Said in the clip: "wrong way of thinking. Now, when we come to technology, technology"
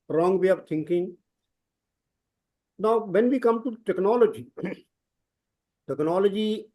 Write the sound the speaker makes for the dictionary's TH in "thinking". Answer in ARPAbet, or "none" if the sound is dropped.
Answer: T